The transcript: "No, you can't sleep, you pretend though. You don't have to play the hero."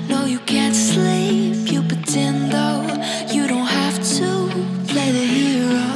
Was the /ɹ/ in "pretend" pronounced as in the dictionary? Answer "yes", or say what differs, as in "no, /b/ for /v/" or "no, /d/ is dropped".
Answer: no, /ɹ/ is dropped